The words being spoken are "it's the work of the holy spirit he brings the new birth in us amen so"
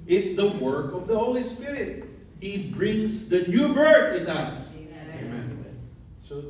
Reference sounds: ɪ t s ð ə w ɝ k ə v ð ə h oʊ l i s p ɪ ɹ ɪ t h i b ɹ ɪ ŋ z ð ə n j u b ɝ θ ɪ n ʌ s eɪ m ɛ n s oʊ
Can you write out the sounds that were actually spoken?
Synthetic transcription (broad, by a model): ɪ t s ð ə w ɝ k ə v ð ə h oʊ l i s p ɪ ɹ ɪ t h i b ɹ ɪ ŋ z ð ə n j u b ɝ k ɪ n ʌ s eɪ m ɛ n s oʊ